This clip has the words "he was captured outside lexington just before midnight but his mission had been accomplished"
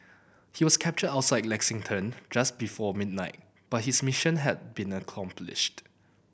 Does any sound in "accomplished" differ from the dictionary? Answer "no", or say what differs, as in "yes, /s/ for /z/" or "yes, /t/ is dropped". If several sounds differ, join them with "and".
no